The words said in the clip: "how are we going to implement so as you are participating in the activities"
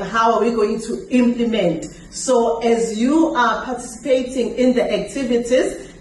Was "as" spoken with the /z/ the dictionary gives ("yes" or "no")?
yes